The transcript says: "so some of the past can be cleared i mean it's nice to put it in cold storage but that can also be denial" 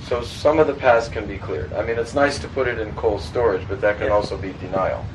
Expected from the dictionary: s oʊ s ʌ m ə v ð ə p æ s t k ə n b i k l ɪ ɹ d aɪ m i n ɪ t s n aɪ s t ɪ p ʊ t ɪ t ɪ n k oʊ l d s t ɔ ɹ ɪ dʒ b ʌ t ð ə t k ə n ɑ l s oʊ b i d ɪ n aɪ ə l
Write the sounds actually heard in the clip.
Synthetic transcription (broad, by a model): s oʊ s ʌ m ə v ð ə p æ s k ə n b i k l ɪ ɹ d aɪ m i n ɪ t s n aɪ s t ɪ p ʊ t ɪ t ɪ n k oʊ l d s t ɔ ɹ ɪ dʒ b ʌ t ð ə t k ə n ɑ l s oʊ b i d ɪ n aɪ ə l